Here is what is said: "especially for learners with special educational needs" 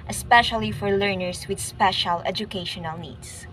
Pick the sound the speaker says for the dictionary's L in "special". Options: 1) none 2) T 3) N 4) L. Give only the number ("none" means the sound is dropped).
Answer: 4